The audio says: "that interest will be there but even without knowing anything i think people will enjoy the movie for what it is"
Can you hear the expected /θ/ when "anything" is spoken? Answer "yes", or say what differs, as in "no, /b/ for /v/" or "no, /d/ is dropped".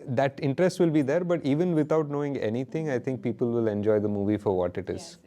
no, /t/ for /θ/